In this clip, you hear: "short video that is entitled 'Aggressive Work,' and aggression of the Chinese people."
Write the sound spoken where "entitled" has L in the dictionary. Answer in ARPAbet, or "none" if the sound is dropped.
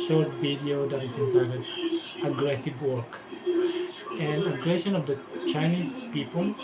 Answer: none